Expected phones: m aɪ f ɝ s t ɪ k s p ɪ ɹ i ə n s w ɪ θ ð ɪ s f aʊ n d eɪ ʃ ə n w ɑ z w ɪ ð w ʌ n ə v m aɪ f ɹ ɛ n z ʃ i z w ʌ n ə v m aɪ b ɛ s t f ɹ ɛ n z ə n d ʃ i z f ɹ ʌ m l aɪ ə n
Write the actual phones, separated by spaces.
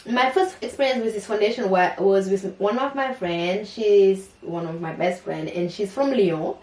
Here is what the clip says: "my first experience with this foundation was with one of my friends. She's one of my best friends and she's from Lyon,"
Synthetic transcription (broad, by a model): m aɪ f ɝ s t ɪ k s p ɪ ɹ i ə n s w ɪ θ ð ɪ s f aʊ n d eɪ ʃ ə n w ɑ z w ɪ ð w ʌ n ə v m aɪ f ɹ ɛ n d ʃ i z w ʌ n ə v m aɪ b ɛ s t f ɹ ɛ n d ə n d ʃ i z f ɹ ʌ m l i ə